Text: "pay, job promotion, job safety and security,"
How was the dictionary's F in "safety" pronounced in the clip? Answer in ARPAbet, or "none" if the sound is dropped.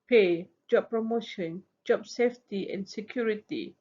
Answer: F